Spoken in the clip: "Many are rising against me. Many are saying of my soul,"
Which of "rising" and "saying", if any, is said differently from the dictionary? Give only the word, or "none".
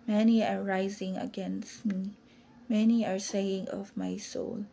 none